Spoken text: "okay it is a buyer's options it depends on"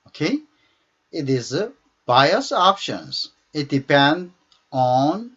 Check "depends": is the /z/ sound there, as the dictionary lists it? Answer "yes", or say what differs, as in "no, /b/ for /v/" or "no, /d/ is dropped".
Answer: no, /z/ is dropped